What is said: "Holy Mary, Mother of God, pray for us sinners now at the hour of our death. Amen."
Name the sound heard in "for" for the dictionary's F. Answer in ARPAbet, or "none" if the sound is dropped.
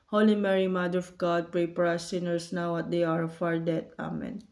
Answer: P